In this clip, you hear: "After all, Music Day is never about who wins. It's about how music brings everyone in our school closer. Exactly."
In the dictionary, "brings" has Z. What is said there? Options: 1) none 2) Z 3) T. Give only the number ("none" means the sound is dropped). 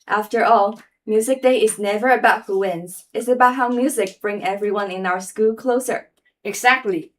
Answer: 1